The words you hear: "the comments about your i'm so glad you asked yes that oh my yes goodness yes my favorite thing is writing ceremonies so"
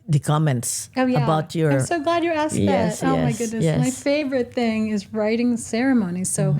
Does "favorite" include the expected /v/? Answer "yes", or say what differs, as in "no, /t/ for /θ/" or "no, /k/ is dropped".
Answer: yes